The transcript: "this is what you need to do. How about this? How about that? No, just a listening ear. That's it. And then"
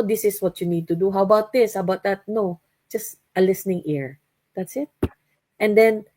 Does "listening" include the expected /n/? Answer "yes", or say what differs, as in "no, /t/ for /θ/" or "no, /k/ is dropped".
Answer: yes